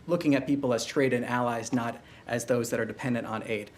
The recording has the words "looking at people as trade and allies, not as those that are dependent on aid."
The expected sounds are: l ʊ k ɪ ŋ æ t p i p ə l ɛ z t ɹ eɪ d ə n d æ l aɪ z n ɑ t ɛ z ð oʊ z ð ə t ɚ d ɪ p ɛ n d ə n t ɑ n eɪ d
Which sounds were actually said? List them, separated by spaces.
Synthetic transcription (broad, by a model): l ʊ k ɪ ŋ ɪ t p i p l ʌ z t ɹ eɪ d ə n æ l aɪ z n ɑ t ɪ z ð oʊ z ð ə t ɚ d ɪ p ɛ n d ə n t n eɪ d